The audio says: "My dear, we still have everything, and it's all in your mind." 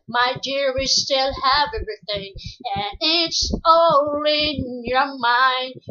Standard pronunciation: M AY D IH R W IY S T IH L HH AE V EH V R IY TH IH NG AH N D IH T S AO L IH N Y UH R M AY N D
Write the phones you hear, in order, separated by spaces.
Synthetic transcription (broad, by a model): M AY D IH R W IY S T IH L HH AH V EH V R IY TH IH NG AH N IH T S AO L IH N Y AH R M AY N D